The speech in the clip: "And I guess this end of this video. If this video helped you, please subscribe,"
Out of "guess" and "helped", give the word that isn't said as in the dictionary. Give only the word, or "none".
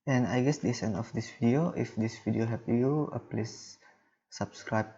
helped